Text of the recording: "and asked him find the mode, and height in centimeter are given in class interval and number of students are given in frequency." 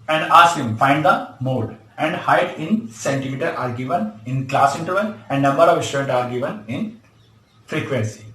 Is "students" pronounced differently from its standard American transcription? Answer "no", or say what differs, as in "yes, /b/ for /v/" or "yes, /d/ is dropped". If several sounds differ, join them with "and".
yes, /l/ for /n/ and /s/ is dropped